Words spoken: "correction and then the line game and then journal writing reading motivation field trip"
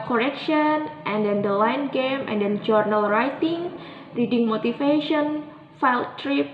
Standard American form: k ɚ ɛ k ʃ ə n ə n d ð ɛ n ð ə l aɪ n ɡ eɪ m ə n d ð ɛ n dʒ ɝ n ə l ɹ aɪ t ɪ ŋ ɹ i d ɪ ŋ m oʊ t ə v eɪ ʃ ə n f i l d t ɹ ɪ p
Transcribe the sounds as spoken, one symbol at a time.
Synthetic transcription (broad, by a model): k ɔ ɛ k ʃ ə n ə n d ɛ n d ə l aɪ n ɡ eɪ m ə n d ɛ n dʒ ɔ n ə l ɹ aɪ t ɪ ŋ ɹ i d ɪ ŋ m oʊ t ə f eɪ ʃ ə n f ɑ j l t ɹ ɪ p